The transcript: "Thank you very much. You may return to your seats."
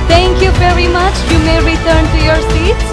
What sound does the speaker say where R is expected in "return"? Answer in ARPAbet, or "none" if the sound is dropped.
R